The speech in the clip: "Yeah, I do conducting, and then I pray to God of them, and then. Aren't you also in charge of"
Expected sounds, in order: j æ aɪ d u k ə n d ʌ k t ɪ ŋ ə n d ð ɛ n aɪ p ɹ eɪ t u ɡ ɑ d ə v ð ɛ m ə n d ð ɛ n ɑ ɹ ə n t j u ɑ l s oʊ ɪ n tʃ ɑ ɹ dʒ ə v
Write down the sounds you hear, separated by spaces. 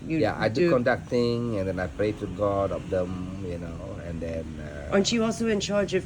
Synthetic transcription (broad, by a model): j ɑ aɪ d u k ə n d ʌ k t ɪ ŋ ə n d ɛ n aɪ p ɹ eɪ t u ɡ ɑ d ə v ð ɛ m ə n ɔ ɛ n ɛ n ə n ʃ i ɑ l s oʊ ɪ n tʃ ɑ ɹ dʒ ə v